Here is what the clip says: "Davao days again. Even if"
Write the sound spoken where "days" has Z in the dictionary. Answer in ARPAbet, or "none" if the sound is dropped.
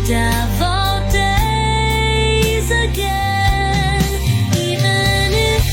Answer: Z